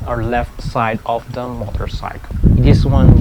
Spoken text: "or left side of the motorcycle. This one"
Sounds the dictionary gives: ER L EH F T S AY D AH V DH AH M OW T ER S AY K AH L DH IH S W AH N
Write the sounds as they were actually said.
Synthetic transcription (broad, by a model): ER L EH F T S AY D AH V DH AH M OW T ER S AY AH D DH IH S W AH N